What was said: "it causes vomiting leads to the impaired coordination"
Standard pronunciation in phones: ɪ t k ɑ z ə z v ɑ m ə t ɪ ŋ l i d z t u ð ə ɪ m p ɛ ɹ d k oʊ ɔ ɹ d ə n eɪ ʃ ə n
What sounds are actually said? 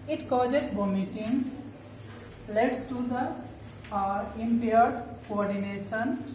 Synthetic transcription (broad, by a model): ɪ t k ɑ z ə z b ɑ m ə t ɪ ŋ l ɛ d s t u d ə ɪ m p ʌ ɹ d k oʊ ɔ ɹ d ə n eɪ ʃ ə n